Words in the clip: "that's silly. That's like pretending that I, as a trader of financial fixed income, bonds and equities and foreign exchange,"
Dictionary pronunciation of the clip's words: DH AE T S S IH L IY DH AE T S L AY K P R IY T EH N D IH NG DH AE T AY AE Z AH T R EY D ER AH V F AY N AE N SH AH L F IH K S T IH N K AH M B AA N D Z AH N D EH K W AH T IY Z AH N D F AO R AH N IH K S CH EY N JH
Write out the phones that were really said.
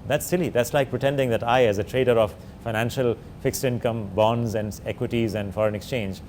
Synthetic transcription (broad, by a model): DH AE T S S IH L IY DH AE T S L AY K P R IY T EH N D IH NG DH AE T AY AE Z AH T R EY D ER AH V F AY N AE N SH AH L F IH K S T IH N K AH M B AA N D Z AH N D EH K W AH T IY Z AH N D F AO R AH N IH K S CH EY N JH